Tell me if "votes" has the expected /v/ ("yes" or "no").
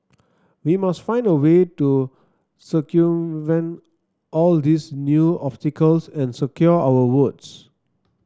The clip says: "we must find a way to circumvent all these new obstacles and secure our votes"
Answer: no